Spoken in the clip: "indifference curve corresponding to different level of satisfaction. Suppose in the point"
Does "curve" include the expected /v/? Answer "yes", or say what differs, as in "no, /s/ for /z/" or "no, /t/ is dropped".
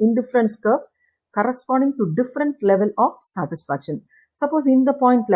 no, /p/ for /v/